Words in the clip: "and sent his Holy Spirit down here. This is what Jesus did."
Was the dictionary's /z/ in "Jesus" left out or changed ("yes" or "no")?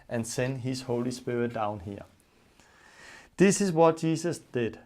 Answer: yes